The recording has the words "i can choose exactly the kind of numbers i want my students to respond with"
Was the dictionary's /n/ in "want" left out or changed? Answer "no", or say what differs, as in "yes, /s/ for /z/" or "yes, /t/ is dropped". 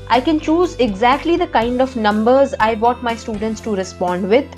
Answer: yes, /n/ is dropped